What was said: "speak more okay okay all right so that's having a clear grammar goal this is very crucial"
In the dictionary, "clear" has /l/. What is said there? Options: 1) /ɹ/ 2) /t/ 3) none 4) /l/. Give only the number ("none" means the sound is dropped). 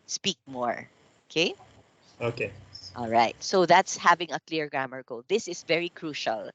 4